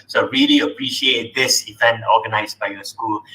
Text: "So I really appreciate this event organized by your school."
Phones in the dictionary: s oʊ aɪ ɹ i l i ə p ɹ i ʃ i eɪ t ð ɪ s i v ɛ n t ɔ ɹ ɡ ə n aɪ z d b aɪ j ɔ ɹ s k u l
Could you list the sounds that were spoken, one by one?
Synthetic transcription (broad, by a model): s oʊ ɹ i l i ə p ɹ i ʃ i eɪ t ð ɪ s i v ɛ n ɔ ɡ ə n aɪ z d b aɪ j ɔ s k u l